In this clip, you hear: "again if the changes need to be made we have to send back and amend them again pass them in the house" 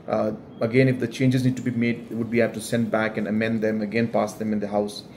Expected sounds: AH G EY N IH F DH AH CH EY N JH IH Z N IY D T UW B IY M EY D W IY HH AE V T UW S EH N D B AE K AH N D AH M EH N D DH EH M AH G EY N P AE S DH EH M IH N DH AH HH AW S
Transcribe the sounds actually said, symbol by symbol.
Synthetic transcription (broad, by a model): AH G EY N IH F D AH CH EY N JH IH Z N IY D T UW B IY M EY D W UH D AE P T UW S EH N D B AE K AH N D AH M EH N D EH M AH G EY N P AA S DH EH M IH N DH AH HH AW S